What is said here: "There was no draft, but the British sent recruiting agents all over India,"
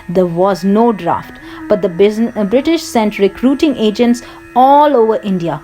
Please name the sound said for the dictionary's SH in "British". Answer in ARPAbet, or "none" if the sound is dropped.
SH